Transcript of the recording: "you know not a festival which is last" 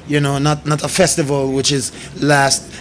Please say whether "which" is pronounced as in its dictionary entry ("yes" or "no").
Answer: yes